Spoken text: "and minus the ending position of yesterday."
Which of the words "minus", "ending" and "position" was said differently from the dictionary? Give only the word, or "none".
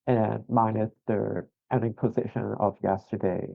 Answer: minus